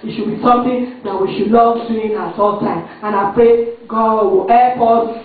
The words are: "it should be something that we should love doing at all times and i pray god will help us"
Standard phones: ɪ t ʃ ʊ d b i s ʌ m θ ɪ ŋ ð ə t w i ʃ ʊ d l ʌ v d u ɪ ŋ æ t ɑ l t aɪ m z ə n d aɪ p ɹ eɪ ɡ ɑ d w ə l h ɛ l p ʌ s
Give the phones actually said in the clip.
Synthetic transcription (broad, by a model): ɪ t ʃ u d b i s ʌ m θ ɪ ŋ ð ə t w i ʃ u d n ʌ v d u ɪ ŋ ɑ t ɑ l t aɪ m ə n aɪ p ɹ eɪ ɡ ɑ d w ə l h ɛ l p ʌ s